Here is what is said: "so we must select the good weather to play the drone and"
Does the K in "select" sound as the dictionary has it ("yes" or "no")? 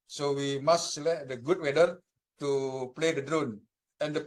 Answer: no